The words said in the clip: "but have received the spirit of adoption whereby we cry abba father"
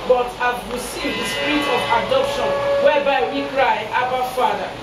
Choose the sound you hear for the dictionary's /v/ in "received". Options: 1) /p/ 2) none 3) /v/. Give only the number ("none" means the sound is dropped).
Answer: 2